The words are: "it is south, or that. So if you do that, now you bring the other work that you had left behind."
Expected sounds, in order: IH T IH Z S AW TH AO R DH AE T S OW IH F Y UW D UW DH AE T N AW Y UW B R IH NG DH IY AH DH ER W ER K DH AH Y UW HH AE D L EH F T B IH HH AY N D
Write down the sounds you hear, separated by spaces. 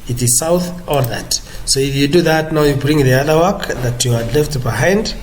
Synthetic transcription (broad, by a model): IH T IH Z S AW TH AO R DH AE T S OW IH F Y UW D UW DH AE T N AW Y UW B R IH NG DH IY AH DH ER W ER K DH AH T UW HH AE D L EH F T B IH HH AY N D